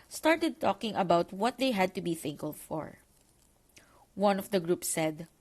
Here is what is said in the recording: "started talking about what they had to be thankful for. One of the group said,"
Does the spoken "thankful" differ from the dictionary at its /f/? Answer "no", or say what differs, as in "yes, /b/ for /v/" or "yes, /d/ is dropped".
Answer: yes, /f/ is dropped